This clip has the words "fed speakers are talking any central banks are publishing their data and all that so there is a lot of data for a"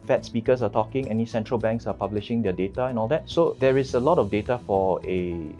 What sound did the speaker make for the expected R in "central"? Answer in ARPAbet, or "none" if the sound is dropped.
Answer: R